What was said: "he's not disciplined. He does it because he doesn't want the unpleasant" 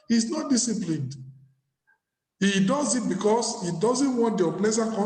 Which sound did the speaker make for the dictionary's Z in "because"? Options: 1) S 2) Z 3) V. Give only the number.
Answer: 1